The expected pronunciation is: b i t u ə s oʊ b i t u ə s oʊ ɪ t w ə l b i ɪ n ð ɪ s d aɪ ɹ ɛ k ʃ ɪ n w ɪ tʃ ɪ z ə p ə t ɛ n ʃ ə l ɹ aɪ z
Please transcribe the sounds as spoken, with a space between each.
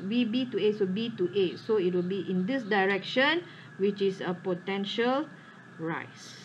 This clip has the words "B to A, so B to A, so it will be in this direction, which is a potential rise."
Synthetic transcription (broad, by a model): b i t u ə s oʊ b i t u ə s oʊ ɪ t w ə l b i ɪ n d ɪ s d aɪ ɹ ɛ k ʃ ɪ n w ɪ tʃ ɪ s ə p ə t ɛ n ʃ ə l ɹ aɪ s